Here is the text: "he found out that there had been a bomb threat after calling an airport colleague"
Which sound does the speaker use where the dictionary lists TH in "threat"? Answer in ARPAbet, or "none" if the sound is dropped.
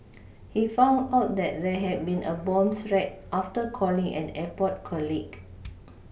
S